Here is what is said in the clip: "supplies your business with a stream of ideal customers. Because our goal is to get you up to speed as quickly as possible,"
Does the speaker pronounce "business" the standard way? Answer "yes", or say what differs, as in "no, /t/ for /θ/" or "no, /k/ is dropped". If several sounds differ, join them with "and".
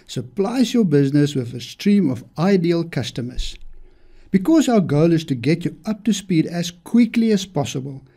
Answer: yes